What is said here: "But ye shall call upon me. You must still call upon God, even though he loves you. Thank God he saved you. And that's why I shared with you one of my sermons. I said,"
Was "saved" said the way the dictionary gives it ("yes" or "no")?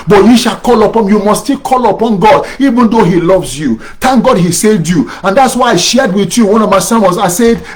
no